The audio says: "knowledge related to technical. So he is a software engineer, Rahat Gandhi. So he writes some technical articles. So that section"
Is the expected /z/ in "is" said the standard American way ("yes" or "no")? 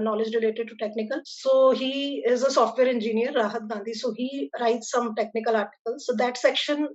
yes